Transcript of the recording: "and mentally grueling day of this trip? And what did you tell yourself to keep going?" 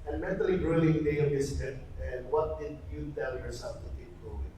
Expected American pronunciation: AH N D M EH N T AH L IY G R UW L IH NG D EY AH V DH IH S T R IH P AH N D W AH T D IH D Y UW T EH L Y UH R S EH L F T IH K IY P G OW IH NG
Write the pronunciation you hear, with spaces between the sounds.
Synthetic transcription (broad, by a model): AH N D M EH N T AH L IY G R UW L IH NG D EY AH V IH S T IH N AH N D W AH T D IH D Y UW T EH L Y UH R S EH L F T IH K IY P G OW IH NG